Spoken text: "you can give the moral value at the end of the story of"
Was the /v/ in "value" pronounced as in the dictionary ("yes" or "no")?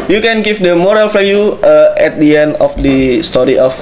no